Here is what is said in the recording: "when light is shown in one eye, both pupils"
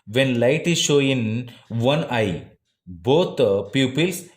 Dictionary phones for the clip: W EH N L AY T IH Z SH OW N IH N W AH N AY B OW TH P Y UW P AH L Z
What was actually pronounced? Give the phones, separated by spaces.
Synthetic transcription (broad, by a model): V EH N L AY T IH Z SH OW IH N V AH N AY B OW T P Y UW P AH L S